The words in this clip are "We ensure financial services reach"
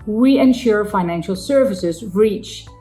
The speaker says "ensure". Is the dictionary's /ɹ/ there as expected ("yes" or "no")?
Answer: yes